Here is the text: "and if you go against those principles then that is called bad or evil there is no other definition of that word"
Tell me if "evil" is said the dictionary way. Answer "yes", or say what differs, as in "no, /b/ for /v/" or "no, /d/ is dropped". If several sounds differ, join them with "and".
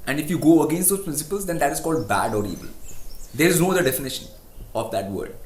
no, /b/ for /v/